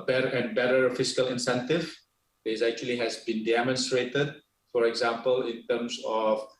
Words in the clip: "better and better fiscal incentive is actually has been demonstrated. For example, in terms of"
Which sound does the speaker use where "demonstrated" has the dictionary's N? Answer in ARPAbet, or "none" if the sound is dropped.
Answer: N